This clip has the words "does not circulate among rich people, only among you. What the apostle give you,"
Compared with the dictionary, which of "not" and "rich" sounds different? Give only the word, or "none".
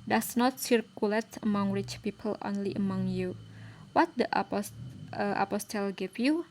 none